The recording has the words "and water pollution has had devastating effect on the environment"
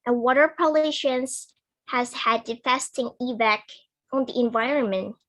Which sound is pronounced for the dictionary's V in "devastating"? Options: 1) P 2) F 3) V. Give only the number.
2